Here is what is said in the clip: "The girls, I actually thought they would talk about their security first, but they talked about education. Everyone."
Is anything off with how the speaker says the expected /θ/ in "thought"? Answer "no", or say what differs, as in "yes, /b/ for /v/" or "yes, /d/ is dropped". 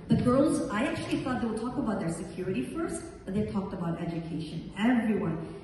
no